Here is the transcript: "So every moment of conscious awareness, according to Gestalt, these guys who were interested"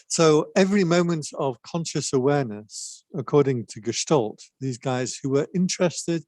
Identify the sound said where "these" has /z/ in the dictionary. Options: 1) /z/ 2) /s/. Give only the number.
1